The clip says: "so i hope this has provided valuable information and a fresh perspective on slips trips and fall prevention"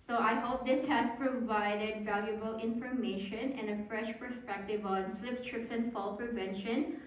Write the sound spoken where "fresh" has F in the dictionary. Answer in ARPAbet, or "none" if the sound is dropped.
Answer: F